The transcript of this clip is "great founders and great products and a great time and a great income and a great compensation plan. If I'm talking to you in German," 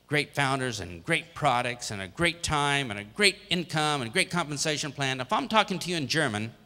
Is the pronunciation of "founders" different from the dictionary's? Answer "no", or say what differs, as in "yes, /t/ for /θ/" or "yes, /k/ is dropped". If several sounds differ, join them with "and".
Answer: no